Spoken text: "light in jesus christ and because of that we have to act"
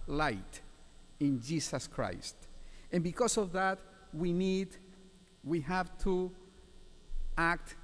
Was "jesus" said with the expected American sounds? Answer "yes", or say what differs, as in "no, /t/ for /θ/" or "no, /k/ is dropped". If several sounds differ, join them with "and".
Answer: no, /s/ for /z/